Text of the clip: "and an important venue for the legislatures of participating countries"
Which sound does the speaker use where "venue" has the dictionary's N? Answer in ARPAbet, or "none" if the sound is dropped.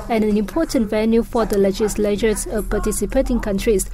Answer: L